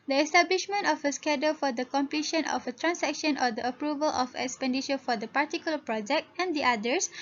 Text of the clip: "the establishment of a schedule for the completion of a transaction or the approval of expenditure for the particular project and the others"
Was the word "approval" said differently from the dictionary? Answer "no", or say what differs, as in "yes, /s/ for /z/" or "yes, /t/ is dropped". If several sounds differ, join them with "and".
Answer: no